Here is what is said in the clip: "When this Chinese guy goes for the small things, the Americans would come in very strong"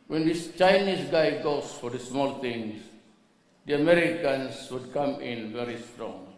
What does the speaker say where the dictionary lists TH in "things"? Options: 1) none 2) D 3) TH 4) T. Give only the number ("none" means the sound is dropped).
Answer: 4